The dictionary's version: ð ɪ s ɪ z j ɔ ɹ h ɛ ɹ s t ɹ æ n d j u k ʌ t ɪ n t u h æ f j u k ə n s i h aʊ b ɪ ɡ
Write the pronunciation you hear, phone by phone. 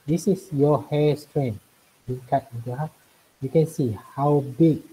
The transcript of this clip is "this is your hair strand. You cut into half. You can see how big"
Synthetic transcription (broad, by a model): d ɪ s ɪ s j ɔ h ɛ s t ɹ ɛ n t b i k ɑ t ɪ n t u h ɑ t j u k ə n s i h aʊ b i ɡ